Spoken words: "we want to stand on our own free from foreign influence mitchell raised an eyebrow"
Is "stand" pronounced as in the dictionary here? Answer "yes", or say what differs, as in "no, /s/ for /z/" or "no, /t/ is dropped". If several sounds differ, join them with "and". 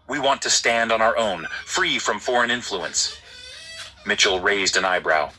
yes